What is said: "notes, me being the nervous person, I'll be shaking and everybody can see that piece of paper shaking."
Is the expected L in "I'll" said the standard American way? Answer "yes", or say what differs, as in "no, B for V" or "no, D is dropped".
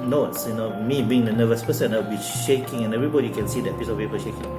no, W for L